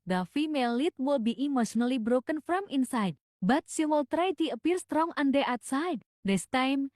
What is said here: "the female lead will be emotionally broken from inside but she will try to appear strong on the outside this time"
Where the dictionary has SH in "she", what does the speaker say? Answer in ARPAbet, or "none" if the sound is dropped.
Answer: S